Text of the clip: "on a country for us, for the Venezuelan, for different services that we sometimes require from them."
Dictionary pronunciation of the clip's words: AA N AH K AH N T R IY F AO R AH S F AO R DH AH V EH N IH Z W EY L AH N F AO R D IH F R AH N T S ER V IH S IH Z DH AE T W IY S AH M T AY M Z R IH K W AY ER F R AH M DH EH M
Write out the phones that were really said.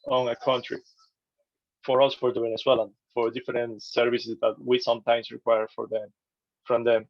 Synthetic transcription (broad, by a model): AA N AH K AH N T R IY F AO R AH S F AO R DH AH W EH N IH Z W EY L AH N F AO R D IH F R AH N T S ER V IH S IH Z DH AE T W IY S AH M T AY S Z R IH K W AY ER F R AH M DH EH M